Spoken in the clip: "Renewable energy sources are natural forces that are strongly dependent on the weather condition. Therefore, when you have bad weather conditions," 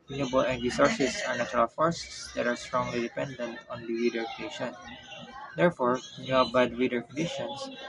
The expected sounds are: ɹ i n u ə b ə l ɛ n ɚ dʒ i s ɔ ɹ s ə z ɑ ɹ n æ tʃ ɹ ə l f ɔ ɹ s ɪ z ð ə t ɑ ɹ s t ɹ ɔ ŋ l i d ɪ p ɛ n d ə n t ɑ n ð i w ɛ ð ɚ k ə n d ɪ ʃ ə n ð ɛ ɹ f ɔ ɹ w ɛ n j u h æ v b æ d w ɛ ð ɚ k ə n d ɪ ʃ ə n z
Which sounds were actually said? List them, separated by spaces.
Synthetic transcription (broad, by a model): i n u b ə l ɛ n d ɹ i s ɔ ɹ s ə s ɑ ɹ n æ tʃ ɹ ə l f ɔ ɹ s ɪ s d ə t ɑ ɹ s t ɹ ɔ ŋ l i d ɪ p ɛ n d ə n t ɑ n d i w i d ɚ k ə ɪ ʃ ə n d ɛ ɹ f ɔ ɹ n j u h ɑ b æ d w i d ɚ k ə n d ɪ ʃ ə n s